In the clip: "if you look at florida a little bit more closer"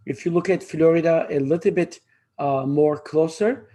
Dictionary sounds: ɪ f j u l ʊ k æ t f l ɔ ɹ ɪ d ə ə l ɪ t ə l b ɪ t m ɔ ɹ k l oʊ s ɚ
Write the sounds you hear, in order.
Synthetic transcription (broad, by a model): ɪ f j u l ʊ k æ t f l ɔ ɹ ɪ d ə ə l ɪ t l b ɪ t m ɔ ɹ k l oʊ s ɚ